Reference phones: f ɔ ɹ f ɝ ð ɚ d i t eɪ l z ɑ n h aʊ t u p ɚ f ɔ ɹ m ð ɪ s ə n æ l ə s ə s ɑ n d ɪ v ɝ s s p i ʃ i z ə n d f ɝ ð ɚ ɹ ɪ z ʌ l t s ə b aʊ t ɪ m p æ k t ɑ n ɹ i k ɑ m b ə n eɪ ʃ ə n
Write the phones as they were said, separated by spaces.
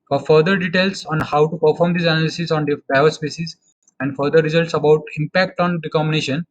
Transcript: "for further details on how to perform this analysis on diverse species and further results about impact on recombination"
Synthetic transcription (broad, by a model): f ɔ ɹ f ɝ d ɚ d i t eɪ l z ɑ n h aʊ t u p ɚ f ɔ ɹ m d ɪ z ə n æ l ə s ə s ɑ n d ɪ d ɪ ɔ s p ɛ s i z ə n d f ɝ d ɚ ɹ ɪ z ʌ l t s ə b aʊ t ɪ m p æ k t ɑ n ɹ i k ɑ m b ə n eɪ ʃ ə n